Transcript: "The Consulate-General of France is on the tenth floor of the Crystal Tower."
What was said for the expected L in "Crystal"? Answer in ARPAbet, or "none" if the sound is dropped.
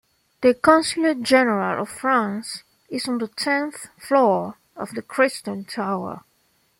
N